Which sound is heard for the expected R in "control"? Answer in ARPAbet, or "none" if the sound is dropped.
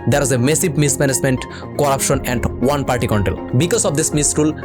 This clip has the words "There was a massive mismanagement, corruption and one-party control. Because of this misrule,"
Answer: none